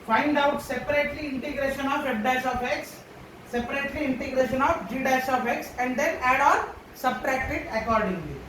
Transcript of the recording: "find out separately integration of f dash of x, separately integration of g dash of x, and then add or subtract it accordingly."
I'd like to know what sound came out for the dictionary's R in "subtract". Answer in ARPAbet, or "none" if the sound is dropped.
R